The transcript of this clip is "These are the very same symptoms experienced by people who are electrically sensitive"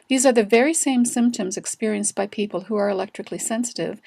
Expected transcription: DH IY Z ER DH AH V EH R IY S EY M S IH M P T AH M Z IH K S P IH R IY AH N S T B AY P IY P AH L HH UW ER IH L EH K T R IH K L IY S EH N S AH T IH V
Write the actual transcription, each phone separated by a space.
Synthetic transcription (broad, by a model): DH IY Z ER DH AH V EH R IY S EY M S IH M P T AH M Z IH K S P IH R IY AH N S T B AY P IY P AH L HH UW ER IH L EH K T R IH K L IY S EH N S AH T IH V